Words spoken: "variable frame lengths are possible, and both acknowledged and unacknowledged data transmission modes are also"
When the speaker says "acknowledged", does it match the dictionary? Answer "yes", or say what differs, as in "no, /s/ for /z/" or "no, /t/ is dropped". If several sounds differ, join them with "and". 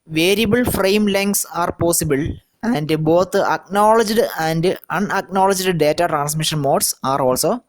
yes